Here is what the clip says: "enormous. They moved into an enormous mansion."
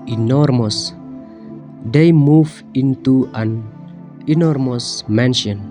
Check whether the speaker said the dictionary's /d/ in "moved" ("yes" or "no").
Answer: no